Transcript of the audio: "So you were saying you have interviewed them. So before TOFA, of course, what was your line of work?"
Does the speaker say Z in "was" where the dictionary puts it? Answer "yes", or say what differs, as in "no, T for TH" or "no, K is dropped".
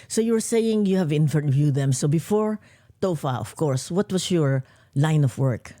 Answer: no, S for Z